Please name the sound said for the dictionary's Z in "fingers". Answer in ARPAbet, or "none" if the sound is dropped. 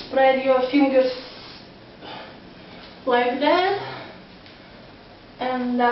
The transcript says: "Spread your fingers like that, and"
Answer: S